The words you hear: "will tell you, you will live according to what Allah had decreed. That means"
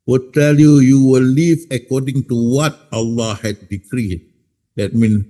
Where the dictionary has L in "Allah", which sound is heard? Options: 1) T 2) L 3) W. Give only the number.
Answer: 2